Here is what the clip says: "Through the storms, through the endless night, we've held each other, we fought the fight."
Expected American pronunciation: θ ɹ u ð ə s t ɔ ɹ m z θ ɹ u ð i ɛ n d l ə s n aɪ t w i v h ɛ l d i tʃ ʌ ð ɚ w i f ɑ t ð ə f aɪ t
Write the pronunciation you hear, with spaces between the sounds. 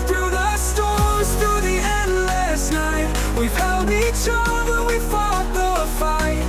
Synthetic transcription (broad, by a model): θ ɹ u ð ə s t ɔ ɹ z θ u ð i ɛ n d l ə s n aɪ t w i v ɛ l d i tʃ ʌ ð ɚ w i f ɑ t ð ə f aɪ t